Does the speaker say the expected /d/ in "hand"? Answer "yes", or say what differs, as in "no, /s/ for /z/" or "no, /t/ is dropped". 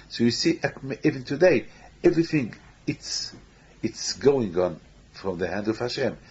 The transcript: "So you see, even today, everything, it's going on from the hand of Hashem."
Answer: yes